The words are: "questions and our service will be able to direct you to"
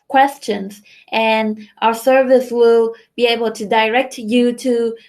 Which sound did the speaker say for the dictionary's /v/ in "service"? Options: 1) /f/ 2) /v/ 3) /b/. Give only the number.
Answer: 2